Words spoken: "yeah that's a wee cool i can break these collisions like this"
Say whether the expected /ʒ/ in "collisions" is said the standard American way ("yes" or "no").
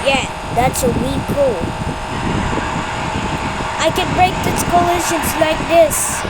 no